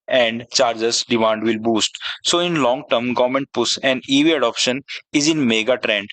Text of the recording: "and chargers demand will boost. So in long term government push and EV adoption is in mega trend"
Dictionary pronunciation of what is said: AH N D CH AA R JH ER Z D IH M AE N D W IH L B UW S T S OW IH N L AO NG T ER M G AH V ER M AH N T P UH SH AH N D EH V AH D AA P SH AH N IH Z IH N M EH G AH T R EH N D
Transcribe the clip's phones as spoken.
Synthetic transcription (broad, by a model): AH N D CH AA R JH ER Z D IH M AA N D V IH L B UW S T S OW IH N L AO NG T ER M G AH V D M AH N T P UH S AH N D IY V AH D AA P SH AH N IH Z IH N M EH G AH T R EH N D